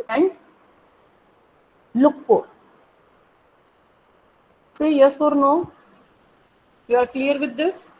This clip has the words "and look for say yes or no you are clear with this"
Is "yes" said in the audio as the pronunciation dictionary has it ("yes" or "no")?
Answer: yes